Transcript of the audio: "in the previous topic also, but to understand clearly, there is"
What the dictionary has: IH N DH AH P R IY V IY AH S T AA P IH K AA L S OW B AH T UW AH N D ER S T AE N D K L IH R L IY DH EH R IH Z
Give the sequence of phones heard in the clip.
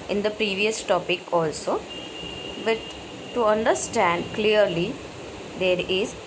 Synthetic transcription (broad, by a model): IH N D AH P R IY V IY AH S T AA P IH K AA L S OW B AH T UW AH N D ER S T AE N D K L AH R L IY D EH R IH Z